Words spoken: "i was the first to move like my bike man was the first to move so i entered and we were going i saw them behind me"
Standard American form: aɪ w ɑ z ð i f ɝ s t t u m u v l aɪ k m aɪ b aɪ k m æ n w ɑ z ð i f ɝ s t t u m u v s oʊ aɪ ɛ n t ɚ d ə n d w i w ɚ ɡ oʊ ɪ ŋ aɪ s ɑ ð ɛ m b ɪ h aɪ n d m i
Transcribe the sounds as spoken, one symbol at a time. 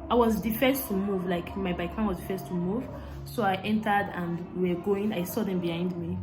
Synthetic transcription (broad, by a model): aɪ w ɑ z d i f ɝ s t t u m u v l aɪ k m aɪ b aɪ k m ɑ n w ɑ z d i f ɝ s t t u m u v s oʊ aɪ ɛ n t ɚ d ə n d w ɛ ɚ ɡ oʊ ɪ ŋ aɪ s ɑ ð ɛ m b ɪ h aɪ n d m i